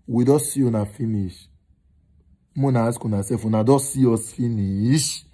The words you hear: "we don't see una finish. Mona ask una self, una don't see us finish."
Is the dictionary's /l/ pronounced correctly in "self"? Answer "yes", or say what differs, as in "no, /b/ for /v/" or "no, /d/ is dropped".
no, /l/ is dropped